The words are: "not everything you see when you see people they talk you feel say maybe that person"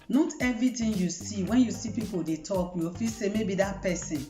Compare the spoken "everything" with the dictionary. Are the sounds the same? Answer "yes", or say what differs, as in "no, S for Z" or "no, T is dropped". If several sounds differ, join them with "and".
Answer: no, T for TH